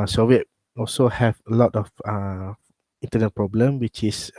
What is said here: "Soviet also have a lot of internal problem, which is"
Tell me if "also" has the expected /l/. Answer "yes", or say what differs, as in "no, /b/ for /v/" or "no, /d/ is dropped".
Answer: yes